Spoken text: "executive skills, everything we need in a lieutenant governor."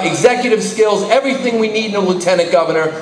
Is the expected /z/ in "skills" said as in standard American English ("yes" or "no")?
yes